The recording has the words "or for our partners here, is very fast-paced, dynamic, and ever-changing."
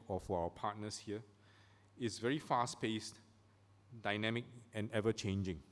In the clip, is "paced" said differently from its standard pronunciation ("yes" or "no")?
no